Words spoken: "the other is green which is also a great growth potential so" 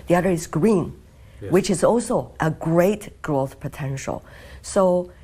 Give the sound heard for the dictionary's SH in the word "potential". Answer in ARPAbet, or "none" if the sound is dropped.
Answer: SH